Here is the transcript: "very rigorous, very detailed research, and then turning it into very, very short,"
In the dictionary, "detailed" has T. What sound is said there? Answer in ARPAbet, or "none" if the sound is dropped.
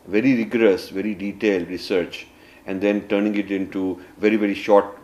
T